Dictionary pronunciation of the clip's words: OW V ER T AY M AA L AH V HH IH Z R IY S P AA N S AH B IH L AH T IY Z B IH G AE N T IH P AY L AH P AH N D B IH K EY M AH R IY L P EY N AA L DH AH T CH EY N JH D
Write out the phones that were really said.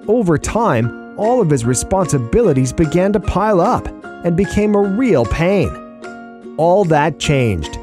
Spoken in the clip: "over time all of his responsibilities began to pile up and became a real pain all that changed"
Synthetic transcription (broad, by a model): OW V ER T AY M AA L AH V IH Z R IY S P AA N S AH B IH L AH T IY Z B IH G AE N T IH P AY L AH P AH N B IH K EY M AH R IY L P EY N AA L DH AH T CH EY N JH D